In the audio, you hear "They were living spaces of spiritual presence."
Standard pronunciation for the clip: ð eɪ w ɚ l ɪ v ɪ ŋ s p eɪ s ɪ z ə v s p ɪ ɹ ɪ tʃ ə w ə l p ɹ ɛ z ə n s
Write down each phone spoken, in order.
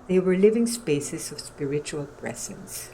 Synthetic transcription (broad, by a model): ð eɪ w ɚ l ɪ v ɪ ŋ s p eɪ s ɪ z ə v s p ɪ ɹ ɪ tʃ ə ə l p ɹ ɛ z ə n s